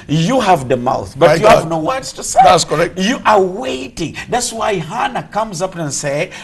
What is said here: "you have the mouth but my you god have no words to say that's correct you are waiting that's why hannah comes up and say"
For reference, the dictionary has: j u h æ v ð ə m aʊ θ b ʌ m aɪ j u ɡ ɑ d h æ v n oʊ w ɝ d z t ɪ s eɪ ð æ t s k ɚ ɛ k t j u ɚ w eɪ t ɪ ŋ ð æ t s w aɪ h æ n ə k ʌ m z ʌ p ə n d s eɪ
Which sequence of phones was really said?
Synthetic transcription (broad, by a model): j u h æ v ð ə m aʊ θ b ʌ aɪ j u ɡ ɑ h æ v n oʊ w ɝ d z t ɪ s eɪ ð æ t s k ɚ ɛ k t j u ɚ w eɪ t ɪ ŋ ð æ t s w aɪ h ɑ n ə k ʌ m z ʌ p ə n s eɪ